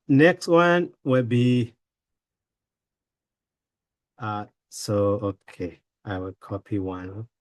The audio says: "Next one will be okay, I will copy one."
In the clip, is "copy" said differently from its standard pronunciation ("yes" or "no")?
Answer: no